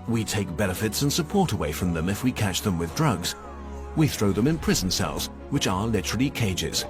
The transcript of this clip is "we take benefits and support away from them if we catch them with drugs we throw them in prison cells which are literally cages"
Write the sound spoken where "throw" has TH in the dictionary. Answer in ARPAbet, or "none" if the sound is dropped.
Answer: TH